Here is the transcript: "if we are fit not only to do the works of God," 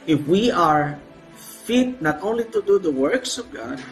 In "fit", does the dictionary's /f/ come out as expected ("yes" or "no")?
yes